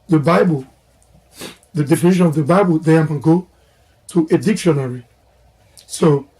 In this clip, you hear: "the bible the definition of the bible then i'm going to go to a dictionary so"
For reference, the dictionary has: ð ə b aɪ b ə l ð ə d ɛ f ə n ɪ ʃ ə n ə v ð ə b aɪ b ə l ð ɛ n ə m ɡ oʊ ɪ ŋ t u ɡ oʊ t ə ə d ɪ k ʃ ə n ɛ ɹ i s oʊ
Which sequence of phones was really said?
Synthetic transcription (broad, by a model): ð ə b aɪ b ə l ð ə d ɛ f ə n ɪ ʃ ə n ə v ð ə b aɪ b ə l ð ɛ ə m ɡ oʊ t u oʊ t ə d ɪ k ʃ ə n ɛ ɹ i s oʊ